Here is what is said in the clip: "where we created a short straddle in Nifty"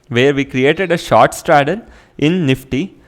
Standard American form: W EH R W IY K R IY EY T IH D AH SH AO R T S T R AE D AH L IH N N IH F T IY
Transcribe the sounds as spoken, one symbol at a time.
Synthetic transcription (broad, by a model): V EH R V IY K R IY EY T IH D AH SH AO R T S T R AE D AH N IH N N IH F T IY